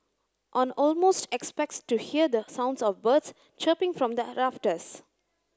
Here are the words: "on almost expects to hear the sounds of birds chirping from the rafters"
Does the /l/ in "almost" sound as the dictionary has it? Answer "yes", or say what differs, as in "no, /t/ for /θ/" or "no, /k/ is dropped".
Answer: yes